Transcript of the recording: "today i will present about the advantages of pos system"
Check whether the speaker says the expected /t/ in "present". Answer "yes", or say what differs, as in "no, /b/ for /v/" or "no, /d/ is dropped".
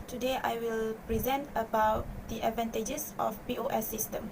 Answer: yes